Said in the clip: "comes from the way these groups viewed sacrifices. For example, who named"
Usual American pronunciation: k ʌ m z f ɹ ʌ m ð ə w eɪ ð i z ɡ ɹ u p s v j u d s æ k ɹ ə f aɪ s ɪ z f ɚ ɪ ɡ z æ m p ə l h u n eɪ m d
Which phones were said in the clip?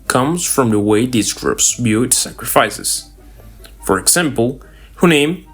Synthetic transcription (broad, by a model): k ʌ m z f ɹ ʌ m ð ə w eɪ ð i z ɡ ɹ u p s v j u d s æ k ɹ ə f aɪ s ɪ z f ɚ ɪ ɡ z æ m p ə l h u n eɪ m